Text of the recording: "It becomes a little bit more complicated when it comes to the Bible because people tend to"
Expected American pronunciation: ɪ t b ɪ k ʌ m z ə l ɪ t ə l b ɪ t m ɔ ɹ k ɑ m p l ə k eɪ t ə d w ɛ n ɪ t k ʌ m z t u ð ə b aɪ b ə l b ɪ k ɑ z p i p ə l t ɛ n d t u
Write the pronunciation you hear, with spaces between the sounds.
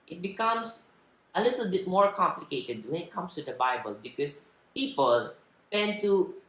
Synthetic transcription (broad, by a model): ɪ t b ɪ k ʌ m s ə l ɪ t ə l b ɪ t m ɔ ɹ k ɑ m p l ə k eɪ t ə d w ɛ n ɪ t k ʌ m s t u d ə b aɪ b ə l b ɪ k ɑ s p i p ə l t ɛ n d t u